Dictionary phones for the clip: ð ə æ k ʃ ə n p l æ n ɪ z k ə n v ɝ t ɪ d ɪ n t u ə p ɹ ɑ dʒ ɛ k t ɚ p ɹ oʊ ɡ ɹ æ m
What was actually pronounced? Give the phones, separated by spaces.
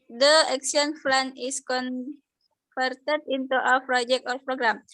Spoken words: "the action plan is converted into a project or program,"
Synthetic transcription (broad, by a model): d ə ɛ k s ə n f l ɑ n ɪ s k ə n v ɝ t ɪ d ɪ n t u ə p ɹ ɑ dʒ ɛ k t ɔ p ɹ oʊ ɡ ɹ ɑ m